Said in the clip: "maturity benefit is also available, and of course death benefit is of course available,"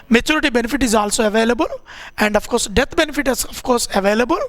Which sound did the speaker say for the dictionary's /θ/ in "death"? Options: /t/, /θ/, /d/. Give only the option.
/t/